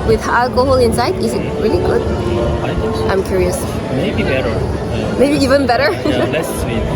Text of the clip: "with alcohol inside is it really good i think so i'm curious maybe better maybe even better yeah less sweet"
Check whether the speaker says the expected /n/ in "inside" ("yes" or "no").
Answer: yes